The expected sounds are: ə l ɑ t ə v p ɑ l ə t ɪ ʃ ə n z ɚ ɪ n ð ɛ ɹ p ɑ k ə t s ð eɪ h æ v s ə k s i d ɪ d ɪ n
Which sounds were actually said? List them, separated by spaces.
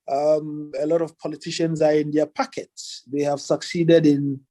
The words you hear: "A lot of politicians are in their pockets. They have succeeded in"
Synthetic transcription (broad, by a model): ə l ɑ t ə v p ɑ l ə t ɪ ʃ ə n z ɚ ɪ n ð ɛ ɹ p ɑ k ə t s ð eɪ h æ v s ə k s i d ɪ d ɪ n